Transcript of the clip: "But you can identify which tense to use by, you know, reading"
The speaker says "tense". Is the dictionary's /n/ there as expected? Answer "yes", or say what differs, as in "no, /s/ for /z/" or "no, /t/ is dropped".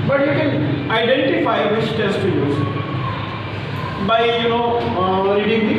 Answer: no, /n/ is dropped